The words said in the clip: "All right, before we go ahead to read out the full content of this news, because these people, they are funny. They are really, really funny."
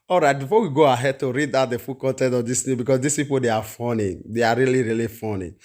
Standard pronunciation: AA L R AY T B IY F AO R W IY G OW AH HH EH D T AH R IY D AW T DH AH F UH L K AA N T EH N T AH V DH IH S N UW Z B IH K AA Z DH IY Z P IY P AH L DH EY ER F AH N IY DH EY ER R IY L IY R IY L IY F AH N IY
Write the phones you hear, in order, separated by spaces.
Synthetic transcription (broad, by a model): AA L R AY T B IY F AO W IY G OW AH HH EH D T AH R IY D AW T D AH F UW K AA N T EH N T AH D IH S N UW B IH K AA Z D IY S P IY P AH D EY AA F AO N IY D EY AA R IY L IY R IY L IY F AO N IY